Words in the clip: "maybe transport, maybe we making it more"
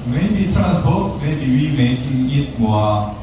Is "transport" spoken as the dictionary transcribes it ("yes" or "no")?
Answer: no